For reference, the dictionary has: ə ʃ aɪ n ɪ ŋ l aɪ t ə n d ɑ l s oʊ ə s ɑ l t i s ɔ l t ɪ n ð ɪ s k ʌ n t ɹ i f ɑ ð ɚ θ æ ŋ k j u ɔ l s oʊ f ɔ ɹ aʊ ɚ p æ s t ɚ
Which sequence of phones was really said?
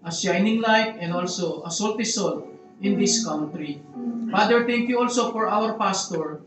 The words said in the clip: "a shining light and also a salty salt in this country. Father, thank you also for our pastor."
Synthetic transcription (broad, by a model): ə ʃ aɪ n ɪ ŋ l aɪ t ə n d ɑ l s oʊ ə s ɑ l t i s ɔ l t ɪ n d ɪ s k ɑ n t ɹ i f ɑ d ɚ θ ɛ ŋ k j u ɔ l s oʊ f ɔ ɹ aʊ ɚ p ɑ s t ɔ